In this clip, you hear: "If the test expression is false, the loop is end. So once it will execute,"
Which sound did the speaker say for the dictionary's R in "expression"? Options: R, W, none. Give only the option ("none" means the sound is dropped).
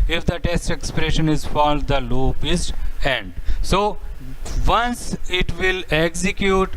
R